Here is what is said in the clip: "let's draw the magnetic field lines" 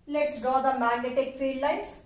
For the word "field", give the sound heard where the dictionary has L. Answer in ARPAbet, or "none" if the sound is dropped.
none